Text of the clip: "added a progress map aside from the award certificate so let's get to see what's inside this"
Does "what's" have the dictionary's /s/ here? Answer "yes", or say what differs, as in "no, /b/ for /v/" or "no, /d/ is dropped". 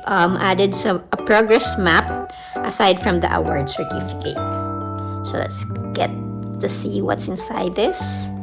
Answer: yes